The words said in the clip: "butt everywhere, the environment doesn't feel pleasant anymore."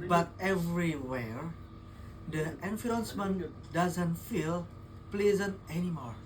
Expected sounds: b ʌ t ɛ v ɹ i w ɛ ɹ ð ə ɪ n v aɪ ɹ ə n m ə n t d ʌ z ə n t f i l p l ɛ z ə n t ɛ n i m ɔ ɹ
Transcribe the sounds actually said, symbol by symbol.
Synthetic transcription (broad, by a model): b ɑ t ɛ v ɹ i w ɛ ɹ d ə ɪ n f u ə n m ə n d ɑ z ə n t f i l p l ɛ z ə n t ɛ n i m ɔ ɹ